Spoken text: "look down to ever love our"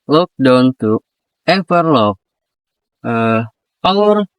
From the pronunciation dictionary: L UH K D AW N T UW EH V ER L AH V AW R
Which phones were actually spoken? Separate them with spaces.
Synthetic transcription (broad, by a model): L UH K D AW N T UW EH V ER L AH P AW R